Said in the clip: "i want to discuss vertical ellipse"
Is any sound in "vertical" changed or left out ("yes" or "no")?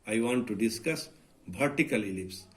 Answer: yes